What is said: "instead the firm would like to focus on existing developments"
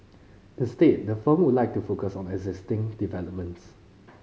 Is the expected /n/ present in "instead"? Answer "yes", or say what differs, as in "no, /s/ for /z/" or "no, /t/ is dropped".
no, /n/ is dropped